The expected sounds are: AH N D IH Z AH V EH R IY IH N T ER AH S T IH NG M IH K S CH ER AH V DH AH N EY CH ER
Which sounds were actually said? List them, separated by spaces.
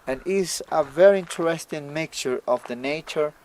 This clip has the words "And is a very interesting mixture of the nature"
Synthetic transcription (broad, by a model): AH N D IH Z AH V EH R IY IH N T ER AH S T IH NG M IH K CH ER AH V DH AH N EY CH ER